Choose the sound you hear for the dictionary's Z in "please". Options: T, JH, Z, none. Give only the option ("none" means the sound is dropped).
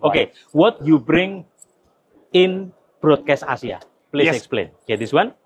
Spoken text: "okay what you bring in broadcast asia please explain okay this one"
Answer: none